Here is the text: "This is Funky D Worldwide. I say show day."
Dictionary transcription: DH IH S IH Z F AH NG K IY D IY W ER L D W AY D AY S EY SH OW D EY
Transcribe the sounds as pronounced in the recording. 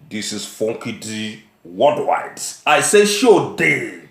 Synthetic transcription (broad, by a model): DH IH S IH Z F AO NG K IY D IY W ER D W AY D AY S EY SH OW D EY